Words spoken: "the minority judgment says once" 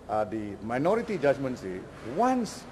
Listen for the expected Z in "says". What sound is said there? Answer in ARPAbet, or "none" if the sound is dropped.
none